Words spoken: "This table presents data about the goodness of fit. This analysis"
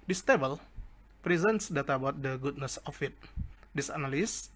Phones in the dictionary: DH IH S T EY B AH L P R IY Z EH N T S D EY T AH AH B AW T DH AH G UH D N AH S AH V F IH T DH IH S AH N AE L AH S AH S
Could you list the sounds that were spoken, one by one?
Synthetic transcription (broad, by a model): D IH S T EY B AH L P R IY Z EH N T S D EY T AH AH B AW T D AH G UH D N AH S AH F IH T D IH S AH N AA L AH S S